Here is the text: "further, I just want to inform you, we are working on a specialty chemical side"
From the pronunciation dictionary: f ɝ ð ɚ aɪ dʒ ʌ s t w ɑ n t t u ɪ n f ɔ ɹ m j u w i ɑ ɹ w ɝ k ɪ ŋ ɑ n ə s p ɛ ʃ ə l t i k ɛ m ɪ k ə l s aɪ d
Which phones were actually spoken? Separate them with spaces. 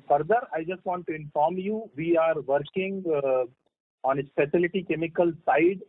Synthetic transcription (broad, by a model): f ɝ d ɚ aɪ dʒ ʌ s t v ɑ n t t u ɪ n f ɔ ɹ m j u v i ɑ ɹ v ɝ k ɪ ŋ ɑ n ə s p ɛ s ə l t i k ɛ m ɪ k ə l s aɪ d